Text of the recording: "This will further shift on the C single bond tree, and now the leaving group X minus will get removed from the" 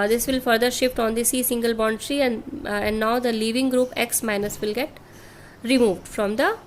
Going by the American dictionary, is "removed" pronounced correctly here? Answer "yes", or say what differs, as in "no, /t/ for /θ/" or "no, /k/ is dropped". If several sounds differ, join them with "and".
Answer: yes